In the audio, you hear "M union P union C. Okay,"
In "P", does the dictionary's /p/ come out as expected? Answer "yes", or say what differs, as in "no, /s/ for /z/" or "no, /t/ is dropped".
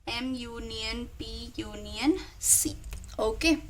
no, /b/ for /p/